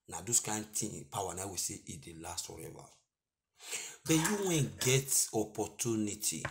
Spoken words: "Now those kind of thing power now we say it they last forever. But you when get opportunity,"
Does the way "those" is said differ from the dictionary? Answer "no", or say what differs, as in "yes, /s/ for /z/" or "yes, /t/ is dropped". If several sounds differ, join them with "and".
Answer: yes, /s/ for /z/